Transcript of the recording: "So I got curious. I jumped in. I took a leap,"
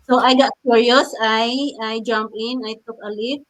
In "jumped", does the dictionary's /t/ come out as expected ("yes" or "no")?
no